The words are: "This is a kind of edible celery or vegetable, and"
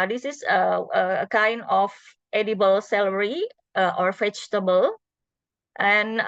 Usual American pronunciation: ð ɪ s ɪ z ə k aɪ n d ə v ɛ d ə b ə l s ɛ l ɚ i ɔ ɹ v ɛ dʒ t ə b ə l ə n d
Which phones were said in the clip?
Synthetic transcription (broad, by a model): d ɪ s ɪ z ə k aɪ n d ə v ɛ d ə b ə l s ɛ l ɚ i ɔ ɹ f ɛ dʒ t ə b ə l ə n